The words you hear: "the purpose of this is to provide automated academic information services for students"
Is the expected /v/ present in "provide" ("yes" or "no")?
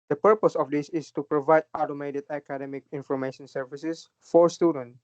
yes